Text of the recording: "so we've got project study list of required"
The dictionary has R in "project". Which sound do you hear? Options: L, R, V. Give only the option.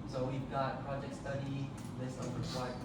R